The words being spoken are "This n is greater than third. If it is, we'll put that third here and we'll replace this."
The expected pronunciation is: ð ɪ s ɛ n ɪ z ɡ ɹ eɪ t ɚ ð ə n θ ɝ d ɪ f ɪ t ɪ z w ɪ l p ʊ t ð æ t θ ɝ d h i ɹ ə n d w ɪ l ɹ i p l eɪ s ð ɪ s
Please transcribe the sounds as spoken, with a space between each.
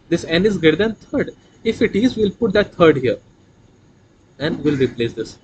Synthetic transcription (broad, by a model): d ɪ s ɛ n ɪ z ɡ eɪ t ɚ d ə n t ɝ d ɪ f ɪ t ɪ z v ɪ l p ʊ t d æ t t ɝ d h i ɹ ə n d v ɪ l ɹ i p l eɪ s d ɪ s